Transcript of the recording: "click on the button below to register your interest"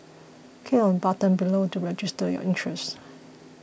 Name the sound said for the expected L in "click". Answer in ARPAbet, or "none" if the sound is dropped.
none